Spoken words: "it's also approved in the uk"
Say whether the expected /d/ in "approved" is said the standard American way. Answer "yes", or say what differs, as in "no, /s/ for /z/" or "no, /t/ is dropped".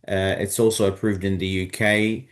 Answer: yes